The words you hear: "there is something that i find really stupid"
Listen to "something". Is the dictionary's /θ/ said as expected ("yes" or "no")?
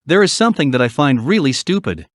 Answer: yes